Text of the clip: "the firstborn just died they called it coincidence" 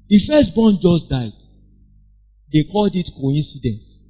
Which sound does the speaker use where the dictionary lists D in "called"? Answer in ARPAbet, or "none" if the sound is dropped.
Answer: D